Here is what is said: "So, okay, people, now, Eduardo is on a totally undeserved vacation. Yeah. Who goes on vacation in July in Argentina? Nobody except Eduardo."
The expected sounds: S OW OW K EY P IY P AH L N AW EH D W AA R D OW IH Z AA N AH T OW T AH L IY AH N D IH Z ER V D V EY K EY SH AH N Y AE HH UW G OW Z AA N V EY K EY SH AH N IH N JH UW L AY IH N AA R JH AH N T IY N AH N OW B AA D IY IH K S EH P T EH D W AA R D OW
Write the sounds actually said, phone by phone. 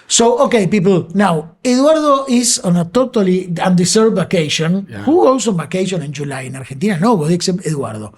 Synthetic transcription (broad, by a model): S OW OW K EY P IY P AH L N AW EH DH W AA R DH OW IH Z AA N AH T OW T AH L IY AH N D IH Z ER D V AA K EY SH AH N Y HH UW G OW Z AA N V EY K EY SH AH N IH N JH UW L AY IH N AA R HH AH N T IY N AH N OW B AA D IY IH K S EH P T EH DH W AA R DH OW